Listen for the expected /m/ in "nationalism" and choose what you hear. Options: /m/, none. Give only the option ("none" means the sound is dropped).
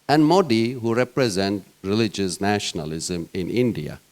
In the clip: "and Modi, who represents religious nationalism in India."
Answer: /m/